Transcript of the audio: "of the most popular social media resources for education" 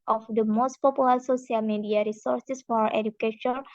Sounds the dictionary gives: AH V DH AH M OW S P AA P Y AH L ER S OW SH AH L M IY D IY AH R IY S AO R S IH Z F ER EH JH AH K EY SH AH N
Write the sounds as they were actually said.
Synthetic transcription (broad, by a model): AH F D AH M OW S P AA P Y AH L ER S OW S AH L M IY D IY AH R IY S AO R S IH S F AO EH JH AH K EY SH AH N